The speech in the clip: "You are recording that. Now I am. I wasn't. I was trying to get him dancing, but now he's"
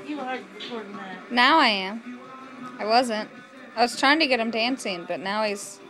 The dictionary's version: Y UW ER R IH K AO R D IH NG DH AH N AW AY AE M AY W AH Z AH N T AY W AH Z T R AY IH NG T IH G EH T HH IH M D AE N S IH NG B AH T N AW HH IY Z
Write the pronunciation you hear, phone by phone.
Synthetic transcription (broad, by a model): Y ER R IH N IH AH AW AY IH M AY W AH Z AH N T AY W AH Z T R AY IH NG T IH G EH T HH IH M D AE N S IH NG B AH T N AW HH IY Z